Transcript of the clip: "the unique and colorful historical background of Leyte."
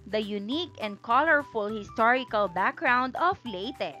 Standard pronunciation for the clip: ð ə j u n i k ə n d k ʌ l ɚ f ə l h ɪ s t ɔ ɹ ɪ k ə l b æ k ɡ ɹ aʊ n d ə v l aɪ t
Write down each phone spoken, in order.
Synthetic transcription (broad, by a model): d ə j u n i k ə n d k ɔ l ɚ f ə l h ɪ s t ɔ ɹ ɪ k ə l b æ k ɡ ɹ aʊ n d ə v l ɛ t